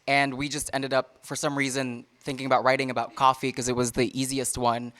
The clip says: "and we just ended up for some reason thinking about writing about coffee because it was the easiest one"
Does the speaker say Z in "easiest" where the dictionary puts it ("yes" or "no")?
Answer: yes